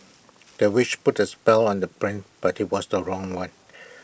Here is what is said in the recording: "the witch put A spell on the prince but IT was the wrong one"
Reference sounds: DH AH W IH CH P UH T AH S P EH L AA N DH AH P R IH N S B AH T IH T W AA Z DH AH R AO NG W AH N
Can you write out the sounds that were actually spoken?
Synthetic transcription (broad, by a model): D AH W IH CH P UH T AH S P EH L AA N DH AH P R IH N B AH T IH T W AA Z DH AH R AO NG W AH N